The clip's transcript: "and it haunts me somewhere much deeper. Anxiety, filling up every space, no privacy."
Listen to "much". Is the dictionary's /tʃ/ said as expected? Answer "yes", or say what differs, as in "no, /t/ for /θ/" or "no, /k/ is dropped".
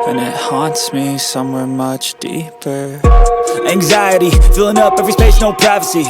yes